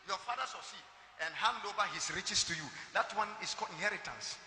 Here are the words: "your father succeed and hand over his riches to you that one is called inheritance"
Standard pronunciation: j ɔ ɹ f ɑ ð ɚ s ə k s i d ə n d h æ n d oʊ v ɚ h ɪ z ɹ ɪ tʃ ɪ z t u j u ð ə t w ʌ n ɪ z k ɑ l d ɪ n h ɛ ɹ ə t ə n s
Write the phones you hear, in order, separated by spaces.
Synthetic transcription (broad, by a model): j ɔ f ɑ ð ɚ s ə s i ə n d h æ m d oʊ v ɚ h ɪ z ɹ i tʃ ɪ s t u j u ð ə t w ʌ n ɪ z k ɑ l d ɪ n h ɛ ɹ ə t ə n s